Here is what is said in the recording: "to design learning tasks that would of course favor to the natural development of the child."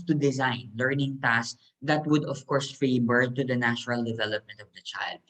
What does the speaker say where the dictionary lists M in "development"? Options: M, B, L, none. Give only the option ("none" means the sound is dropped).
M